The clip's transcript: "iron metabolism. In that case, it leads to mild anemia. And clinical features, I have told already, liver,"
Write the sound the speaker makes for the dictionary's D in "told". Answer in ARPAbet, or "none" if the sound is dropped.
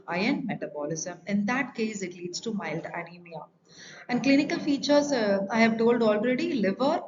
D